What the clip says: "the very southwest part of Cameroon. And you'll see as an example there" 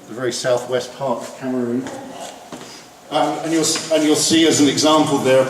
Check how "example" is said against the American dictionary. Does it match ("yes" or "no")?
yes